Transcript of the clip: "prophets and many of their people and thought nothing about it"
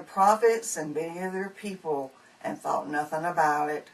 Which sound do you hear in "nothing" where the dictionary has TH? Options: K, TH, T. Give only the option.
TH